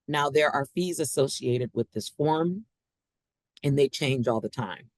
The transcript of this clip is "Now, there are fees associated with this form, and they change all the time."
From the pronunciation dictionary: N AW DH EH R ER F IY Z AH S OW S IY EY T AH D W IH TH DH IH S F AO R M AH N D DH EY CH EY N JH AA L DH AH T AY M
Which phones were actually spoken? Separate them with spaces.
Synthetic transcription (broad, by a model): N AW DH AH R ER F IY Z AH S OW S IY EY T AH D W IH DH IH S F AO R M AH N DH EY CH EY N JH AA L DH AH T AY M